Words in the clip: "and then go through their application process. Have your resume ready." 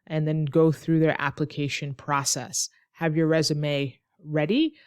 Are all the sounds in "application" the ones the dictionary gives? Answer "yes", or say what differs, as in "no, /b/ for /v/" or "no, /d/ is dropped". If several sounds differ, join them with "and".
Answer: yes